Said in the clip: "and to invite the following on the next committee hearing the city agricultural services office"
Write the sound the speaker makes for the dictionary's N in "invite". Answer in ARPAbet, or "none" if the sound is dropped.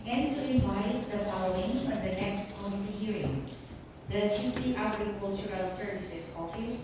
none